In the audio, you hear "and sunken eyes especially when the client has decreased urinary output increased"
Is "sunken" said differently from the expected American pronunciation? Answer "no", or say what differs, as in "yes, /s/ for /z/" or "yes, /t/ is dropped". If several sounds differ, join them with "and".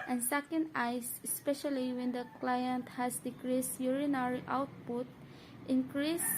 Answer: yes, /ŋ/ is dropped